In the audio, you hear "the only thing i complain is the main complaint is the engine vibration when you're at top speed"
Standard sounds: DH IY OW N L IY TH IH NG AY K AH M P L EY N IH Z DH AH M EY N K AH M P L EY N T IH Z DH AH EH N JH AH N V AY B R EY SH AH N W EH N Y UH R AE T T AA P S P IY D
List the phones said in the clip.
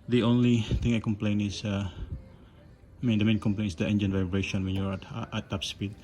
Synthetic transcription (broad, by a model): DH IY OW N L IY T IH NG AY K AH M P L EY N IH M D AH M EY N K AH M P L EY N IH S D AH EH N JH AH N V AY B R EY SH AH N W EH N Y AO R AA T T AA P S P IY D